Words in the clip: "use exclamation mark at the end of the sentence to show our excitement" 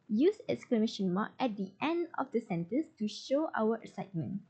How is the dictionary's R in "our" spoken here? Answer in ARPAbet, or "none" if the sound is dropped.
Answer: W